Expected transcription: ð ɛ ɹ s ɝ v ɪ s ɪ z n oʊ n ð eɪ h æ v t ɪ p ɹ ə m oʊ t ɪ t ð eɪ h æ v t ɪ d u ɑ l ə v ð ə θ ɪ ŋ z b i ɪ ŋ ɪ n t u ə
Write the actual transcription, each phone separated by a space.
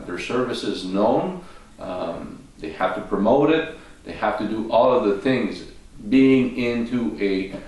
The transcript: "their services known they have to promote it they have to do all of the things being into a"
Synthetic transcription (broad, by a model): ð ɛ ɹ s ɝ v ɪ s ɪ z n oʊ n ð eɪ h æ f t ɪ p ɹ ə m oʊ t ɪ t ð eɪ h æ f t ɪ d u ɑ l ə v ð ə θ ɪ ŋ z b i ɪ ŋ ɪ n t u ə